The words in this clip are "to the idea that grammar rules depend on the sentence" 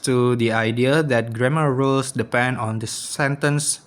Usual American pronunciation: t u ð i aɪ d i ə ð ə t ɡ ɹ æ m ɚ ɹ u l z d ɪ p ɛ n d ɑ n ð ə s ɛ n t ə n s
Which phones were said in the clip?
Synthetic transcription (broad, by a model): t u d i aɪ d i ə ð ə t ɡ ɹ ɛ m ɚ ɹ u l s d ɪ p ɛ n d ɑ n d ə s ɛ n t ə n s